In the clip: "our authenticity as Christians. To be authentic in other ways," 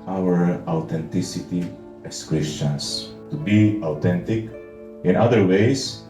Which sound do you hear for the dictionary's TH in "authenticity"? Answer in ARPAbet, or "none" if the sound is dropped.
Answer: T